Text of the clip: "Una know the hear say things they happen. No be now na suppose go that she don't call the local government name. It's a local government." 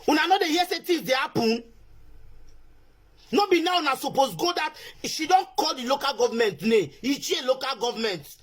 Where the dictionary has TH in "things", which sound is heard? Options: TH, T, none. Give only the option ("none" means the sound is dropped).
T